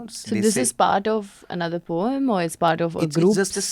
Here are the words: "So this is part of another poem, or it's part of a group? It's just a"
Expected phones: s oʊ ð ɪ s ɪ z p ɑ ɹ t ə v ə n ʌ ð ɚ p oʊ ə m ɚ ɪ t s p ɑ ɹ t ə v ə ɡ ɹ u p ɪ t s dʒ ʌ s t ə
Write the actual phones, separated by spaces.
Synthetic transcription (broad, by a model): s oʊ ð ɪ s ɪ z p ɑ ɹ t ə v ə n ʌ ð ɚ p oʊ ə m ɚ ɪ t s p ɑ ɹ t ə v ə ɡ ɹ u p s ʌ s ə